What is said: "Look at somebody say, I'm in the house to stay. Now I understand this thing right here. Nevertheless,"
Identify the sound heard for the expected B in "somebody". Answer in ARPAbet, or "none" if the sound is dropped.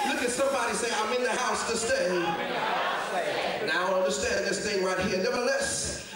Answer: B